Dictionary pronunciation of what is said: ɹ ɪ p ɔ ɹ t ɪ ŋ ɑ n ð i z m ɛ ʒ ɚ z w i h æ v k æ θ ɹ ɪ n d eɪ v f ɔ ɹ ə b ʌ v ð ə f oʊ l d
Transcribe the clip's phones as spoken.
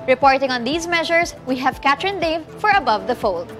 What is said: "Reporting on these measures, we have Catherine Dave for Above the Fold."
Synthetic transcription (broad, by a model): ɹ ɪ p ɔ ɹ t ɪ ŋ ɑ n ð i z m ɛ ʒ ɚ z w i h æ v k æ t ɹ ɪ n d eɪ v f ɔ ɹ ə b ʌ v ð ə f oʊ l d